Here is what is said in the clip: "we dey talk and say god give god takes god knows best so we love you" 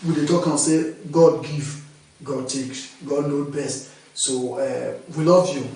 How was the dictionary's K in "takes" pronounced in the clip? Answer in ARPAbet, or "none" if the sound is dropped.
K